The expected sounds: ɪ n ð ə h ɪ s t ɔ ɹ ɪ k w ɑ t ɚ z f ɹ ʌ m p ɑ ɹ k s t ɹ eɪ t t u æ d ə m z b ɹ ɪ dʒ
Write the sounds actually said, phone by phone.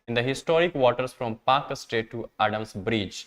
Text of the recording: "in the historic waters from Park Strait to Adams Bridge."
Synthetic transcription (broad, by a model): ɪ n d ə h ɪ s t ɔ ɹ ɪ k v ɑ t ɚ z f ɹ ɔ m p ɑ ɹ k s t eɪ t t u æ d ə m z b ɹ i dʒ